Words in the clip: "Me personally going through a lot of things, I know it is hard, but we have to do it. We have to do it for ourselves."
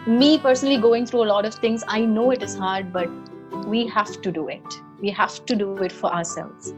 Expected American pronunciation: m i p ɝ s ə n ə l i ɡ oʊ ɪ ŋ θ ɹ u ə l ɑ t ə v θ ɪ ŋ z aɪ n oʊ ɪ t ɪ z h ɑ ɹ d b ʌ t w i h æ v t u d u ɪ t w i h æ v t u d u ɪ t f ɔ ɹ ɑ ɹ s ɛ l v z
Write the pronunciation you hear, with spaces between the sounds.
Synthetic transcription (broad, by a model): m i p ɝ s ə n ə l i ɡ oʊ ɪ ŋ t ɹ u ə l ɑ t ə v t ɪ ŋ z aɪ n oʊ ɪ t ɪ z h ɑ ɹ d b ʌ t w i h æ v t u d u ɪ t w i h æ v t u d u ɪ t f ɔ ɹ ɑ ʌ s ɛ l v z